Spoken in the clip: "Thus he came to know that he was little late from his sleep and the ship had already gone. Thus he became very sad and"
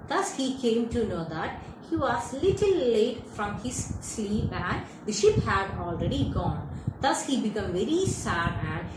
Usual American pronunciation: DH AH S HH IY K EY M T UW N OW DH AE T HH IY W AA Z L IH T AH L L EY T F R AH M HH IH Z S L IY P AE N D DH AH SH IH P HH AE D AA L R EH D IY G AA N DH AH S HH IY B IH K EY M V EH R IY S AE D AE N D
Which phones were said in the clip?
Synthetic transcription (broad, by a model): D AH S HH IY K EY M T UW N OW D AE T HH IY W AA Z L IH T AH L L EY T F R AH M HH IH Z S L IY P AE N D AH SH IH P HH AE D AA L R EH D IY G AA N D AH S HH IY B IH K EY M V EH R IY S AE D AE N D